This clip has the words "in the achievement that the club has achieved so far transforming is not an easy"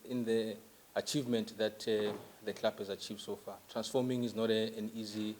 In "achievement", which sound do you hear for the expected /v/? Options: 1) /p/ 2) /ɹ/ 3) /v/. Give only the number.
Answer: 3